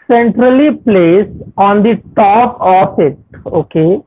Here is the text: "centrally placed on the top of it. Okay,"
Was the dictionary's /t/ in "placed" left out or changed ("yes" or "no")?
yes